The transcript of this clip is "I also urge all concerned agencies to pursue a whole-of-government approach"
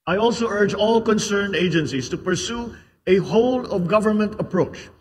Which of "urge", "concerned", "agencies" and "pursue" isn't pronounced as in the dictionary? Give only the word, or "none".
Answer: agencies